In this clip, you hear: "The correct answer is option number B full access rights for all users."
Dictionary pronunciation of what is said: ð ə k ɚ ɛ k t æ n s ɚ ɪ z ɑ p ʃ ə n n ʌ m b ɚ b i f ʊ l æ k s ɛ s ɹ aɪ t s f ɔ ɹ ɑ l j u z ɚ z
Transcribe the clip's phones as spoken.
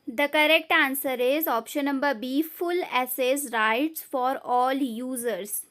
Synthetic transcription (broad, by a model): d ə k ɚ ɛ k t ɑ n s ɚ ɪ z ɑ p ʃ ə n n ʌ m b ɚ b i f ʊ l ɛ s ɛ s ɹ aɪ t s f ɔ ɹ ɑ l j u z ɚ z